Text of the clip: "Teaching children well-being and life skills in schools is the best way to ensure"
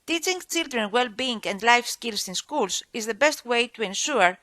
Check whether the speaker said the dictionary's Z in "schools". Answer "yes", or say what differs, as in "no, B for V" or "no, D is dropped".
no, S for Z